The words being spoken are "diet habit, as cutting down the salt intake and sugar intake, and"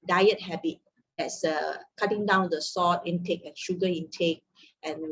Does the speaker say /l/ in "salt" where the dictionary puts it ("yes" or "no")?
no